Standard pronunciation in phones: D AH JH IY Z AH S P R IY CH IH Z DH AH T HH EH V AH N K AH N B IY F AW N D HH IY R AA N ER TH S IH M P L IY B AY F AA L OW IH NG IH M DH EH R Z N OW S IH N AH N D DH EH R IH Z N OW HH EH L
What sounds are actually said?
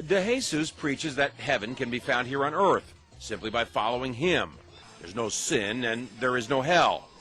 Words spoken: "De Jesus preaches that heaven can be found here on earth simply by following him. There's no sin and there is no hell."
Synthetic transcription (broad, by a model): D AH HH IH S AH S P R IY CH IH Z DH AH T HH EH V AH N K AH N B IY F AW N D HH IY R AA N ER TH S IH M P L IY B AY F AA L OW IH NG IH M DH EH R Z N OW S IH N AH N DH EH R IH Z N OW HH EH L